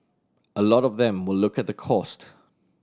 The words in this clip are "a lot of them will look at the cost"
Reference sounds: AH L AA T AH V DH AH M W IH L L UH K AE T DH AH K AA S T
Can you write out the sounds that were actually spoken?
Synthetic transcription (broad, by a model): AH L AA T AH V DH AH M W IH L L UH K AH T DH AH K AA S T